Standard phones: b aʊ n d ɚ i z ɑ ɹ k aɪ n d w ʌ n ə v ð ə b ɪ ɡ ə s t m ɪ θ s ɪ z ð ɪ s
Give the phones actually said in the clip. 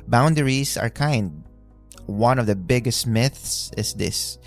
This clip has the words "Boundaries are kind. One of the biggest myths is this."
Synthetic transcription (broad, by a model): b aʊ n d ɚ i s ɑ ɹ k aɪ n d w ʌ n ə v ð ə b ɪ ɡ ə s t m ɪ θ s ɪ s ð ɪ s